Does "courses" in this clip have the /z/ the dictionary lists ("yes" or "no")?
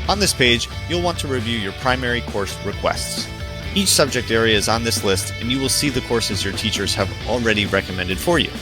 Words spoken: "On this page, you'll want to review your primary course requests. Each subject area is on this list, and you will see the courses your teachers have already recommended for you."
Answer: yes